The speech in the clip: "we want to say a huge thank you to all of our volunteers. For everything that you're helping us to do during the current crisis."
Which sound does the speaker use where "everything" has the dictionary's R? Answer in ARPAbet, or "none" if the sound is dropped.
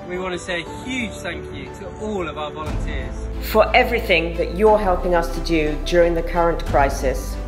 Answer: R